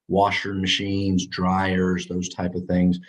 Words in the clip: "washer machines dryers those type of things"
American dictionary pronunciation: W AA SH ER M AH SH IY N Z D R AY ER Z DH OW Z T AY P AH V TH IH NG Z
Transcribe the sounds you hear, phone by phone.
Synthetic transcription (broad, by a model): W AA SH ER M AH SH IY N Z D R AY ER Z DH OW Z T AY P AH V TH IH NG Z